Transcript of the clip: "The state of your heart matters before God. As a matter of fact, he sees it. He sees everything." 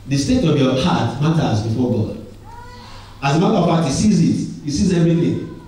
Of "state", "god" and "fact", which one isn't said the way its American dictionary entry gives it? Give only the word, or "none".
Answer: fact